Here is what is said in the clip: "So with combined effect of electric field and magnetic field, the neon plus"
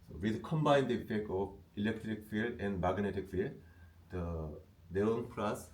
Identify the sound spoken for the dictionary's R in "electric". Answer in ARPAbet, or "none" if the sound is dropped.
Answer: R